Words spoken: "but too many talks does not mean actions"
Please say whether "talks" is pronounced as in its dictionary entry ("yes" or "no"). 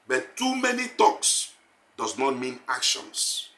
yes